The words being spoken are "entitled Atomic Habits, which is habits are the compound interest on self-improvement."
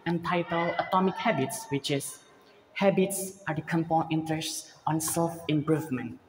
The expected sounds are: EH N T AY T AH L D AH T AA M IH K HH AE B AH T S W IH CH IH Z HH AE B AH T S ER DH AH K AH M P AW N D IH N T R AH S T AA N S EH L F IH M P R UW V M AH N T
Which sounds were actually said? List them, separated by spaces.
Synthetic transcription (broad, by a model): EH N T AY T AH L AH T AA M IH K HH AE B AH T S W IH CH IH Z HH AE B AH T S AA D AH K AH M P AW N IH N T R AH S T AA N S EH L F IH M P R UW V M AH N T